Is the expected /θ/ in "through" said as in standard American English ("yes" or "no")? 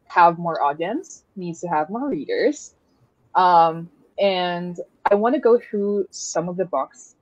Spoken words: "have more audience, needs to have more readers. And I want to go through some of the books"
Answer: yes